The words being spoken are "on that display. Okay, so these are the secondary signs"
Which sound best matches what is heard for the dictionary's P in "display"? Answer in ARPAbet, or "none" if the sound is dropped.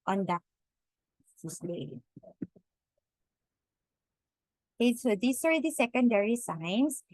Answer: none